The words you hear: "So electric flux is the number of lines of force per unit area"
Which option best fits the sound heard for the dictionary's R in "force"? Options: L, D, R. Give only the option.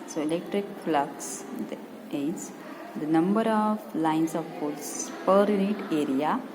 L